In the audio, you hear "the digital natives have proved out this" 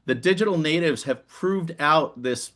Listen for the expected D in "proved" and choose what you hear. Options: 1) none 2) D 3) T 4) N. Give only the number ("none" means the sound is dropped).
2